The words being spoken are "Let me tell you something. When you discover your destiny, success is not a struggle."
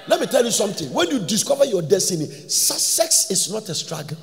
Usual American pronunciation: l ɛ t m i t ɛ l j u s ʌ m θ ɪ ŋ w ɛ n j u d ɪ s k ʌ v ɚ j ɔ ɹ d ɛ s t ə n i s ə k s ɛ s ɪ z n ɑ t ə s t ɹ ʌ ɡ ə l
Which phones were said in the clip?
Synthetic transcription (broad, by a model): l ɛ t m i t ɛ l j u s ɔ m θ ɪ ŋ w ɛ n j u d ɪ s k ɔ v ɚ j ɔ d ɛ s t ə n i s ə s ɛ s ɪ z n ɑ t ə s t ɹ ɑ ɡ